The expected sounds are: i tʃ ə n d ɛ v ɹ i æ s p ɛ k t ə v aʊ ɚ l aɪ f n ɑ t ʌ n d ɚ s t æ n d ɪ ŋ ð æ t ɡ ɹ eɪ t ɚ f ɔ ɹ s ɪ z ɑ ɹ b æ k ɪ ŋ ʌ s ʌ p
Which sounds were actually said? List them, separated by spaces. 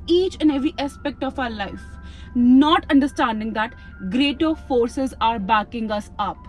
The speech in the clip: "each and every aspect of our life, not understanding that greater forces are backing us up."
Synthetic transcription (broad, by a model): i tʃ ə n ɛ v ɹ i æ s p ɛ k t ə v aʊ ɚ l aɪ f n ɑ t ʌ n d ɚ s t æ n d ɪ ŋ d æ t ɡ ɹ eɪ t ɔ f ɔ ɹ s ɪ z ɑ ɹ b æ k ɪ ŋ ʌ s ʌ p